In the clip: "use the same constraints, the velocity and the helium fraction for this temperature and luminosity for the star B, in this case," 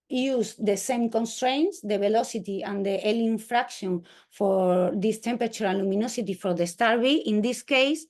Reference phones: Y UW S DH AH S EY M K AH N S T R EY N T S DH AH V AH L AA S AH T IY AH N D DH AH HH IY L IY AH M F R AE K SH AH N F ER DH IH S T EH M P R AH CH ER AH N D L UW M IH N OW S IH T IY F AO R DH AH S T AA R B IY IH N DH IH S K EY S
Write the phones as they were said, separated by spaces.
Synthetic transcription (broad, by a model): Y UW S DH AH S EY M K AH N S T R EY N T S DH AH B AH L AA S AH T IY AH N D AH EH L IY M F R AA K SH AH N F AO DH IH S T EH M P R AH CH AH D L UW M IH N OW S IH T IY F AO R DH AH S T AA R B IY IH N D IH S K EY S